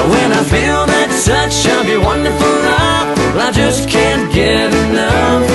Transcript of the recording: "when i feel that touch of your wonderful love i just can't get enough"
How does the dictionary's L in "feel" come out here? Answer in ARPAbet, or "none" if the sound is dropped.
L